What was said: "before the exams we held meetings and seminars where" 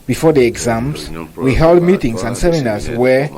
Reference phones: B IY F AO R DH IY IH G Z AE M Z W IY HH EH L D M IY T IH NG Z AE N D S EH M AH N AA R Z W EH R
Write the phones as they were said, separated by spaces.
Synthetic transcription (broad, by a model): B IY F AO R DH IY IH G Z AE M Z W IY HH EH L D M IY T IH NG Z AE N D S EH M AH N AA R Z W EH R